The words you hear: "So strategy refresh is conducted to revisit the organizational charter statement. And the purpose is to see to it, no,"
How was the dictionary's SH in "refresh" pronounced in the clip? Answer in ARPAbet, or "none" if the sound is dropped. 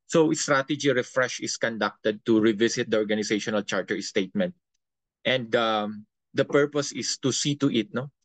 SH